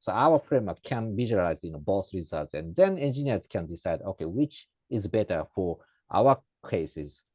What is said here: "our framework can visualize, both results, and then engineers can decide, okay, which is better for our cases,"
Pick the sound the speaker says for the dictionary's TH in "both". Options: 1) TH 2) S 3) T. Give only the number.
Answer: 2